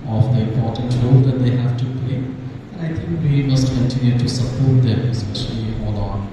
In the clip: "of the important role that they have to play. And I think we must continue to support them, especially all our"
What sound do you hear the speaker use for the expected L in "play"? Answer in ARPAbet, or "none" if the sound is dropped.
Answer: none